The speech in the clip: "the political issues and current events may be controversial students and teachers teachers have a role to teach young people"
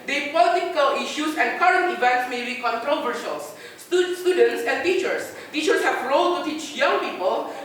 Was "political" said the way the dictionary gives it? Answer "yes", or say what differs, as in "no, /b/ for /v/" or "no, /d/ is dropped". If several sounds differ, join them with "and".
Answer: yes